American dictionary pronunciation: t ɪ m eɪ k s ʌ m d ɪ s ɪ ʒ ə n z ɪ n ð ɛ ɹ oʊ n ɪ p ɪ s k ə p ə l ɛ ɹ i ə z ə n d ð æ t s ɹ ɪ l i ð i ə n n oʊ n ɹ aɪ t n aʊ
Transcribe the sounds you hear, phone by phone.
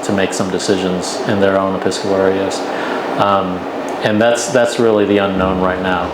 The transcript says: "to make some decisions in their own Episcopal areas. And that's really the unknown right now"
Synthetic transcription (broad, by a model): t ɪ m eɪ k s ʌ m d ɪ s ɪ ʒ ə n z ɪ n ð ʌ ɹ oʊ n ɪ p ɪ s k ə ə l ɛ ɹ i ə z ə n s ð æ t s ɹ ɪ l i ð i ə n n oʊ n ɹ aɪ t n aʊ